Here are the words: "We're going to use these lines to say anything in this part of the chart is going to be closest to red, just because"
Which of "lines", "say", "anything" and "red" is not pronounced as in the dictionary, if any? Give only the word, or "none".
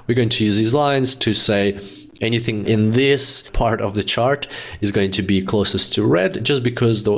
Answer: none